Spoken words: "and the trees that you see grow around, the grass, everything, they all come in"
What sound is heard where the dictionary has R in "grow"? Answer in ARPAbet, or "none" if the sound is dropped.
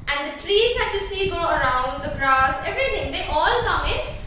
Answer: none